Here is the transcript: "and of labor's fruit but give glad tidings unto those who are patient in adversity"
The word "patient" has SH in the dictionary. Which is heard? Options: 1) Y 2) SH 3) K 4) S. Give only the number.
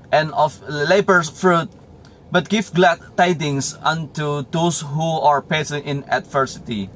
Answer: 4